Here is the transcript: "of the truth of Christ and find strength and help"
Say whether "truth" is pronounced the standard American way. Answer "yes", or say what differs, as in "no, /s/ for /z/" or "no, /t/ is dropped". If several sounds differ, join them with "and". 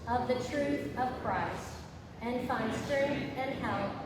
yes